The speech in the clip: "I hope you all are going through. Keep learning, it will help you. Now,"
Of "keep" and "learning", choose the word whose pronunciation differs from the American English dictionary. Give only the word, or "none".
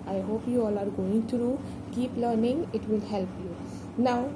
none